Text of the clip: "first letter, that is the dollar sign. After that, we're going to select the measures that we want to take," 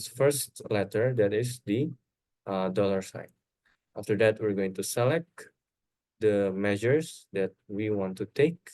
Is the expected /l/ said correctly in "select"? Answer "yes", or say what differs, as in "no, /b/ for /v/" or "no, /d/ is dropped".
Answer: yes